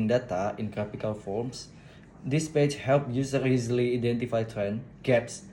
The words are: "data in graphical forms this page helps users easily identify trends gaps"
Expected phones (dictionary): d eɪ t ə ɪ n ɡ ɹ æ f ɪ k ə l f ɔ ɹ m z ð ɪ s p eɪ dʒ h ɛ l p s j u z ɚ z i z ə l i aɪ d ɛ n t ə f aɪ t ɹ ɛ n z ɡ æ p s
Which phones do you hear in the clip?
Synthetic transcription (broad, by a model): d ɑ t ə ɪ n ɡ ɹ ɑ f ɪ k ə l f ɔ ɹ m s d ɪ s p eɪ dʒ h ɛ l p j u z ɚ i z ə l i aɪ d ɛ n t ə f aɪ t ɹ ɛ n ɡ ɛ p s